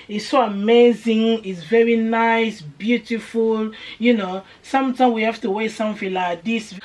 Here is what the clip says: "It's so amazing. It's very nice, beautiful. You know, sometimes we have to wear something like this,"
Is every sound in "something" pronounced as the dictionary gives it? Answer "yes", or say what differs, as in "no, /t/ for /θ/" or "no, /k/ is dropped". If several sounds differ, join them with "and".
no, /f/ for /θ/